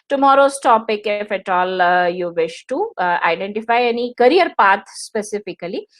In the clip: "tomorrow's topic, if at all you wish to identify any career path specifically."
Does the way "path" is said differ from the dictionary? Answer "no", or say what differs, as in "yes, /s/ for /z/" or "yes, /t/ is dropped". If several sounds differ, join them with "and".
yes, /t/ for /θ/